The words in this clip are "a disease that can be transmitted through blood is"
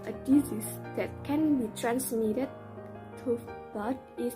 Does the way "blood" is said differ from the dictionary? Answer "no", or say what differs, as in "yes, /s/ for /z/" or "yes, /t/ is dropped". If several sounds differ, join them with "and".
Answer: yes, /l/ is dropped